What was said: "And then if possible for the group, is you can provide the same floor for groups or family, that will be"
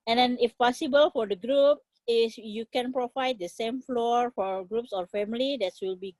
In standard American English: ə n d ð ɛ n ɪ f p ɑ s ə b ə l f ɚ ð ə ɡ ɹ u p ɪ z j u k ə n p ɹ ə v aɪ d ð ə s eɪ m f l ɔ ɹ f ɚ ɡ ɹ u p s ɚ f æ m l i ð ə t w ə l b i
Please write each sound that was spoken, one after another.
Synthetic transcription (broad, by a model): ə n d ɛ n ɪ f p ɑ s ə b ə l f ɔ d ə ɡ ɹ u p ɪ s j u k ə n p ɹ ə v aɪ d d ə s eɪ m f l ɔ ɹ f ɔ ɡ ɹ u p s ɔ f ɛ m l i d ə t w ə l b i